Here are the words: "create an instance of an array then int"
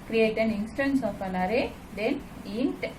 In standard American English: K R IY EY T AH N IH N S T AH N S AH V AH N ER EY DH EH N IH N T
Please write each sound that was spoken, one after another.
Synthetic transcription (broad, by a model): K R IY EY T AH N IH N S T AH N S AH P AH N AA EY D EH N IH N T